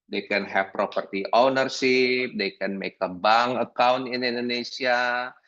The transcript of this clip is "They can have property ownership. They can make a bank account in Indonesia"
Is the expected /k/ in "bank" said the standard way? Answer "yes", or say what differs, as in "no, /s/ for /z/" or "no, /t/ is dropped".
no, /k/ is dropped